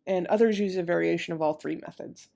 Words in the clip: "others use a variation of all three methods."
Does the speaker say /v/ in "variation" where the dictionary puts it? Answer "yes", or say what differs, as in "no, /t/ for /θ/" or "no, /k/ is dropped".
yes